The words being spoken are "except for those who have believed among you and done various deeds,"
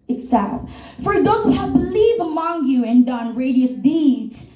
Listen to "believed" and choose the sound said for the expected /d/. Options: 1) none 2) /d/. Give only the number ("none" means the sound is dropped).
1